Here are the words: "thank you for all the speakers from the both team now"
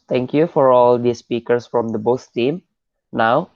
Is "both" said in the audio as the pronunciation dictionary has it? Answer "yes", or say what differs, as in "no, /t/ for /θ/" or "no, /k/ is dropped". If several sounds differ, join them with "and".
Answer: no, /s/ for /θ/